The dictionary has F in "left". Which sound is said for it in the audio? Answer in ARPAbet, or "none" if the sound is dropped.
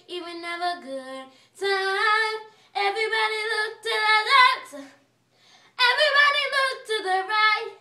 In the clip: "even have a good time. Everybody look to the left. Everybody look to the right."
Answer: none